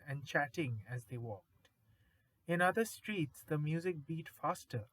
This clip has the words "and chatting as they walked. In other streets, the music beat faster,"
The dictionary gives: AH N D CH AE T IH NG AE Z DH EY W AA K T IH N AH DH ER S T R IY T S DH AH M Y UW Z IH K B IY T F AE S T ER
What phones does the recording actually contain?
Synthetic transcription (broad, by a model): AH N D CH AE T IH NG AE Z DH EY W AA K T IH N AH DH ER S T R IY T S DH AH M Y UW Z IH K B IY T F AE S T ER